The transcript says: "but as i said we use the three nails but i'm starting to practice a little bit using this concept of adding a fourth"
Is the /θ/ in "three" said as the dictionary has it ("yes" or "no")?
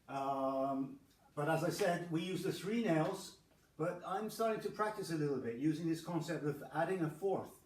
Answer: yes